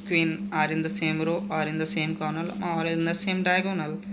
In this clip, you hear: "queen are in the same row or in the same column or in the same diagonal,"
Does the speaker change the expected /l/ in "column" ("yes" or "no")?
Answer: yes